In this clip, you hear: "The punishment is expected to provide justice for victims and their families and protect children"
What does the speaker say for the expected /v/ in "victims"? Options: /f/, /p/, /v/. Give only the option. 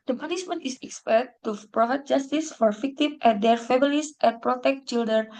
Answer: /f/